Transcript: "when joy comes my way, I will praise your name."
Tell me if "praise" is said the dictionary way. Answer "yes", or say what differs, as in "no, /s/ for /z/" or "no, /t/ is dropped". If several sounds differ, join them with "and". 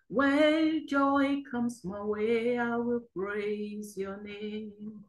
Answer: yes